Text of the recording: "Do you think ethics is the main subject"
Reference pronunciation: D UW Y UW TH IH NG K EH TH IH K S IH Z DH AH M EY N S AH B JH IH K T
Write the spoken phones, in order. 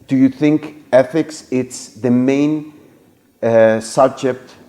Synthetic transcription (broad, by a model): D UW Y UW TH IH NG K EH TH IH K S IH S DH AH M EY N S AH B JH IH K T